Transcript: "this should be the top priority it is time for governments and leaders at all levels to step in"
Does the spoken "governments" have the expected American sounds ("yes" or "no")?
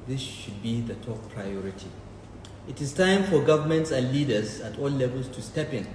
yes